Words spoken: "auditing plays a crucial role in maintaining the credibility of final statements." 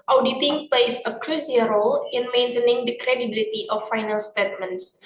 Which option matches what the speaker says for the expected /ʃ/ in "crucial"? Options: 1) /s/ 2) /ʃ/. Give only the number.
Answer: 1